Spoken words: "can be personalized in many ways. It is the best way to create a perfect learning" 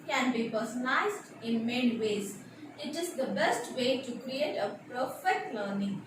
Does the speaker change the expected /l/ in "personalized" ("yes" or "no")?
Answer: yes